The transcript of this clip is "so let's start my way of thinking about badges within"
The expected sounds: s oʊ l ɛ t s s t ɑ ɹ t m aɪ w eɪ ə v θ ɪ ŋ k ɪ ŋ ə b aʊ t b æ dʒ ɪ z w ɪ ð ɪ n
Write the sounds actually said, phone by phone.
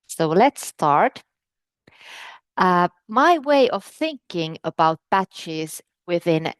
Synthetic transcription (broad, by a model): s oʊ l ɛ t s s t ɑ ɹ t m aɪ w eɪ ə v θ ɪ ŋ k ɪ ŋ ə b aʊ t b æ tʃ ɪ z w ɪ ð ɪ n